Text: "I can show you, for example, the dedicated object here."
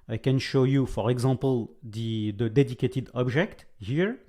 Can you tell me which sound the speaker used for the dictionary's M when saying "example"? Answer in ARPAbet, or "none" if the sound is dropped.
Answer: none